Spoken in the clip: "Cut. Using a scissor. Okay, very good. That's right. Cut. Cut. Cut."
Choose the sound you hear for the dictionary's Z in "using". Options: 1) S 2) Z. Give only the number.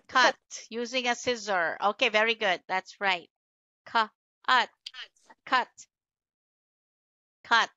2